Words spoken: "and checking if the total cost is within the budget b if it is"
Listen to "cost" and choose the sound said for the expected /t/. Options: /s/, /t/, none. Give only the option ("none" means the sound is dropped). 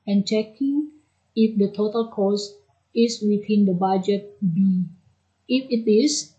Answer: none